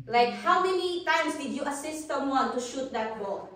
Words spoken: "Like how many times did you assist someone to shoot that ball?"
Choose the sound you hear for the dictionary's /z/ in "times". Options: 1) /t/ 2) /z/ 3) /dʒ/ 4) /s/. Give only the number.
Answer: 4